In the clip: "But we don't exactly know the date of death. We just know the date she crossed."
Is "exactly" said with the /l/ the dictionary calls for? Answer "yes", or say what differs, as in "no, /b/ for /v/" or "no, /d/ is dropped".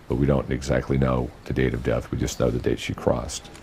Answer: yes